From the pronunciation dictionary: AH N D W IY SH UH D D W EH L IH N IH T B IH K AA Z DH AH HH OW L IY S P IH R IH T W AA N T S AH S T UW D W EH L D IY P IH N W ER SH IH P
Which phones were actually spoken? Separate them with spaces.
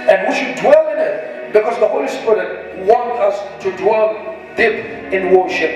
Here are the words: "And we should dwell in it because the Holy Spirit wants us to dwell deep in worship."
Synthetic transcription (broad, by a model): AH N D W IY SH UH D D W EH L IH N IH T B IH K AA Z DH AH HH OW L IY S P IH R IH T W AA N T AH S T UW D W EH L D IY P IH N W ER SH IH P